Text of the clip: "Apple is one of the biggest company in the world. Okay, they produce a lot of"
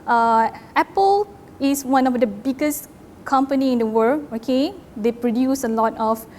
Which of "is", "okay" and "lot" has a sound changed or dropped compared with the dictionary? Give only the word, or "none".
is